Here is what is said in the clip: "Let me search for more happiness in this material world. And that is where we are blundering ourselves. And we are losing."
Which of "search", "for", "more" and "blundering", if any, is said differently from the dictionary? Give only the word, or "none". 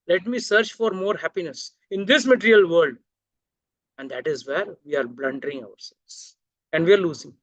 none